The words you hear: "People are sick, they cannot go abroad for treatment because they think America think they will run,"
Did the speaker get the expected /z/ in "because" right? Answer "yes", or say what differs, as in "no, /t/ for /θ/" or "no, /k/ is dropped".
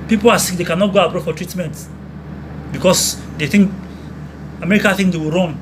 no, /s/ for /z/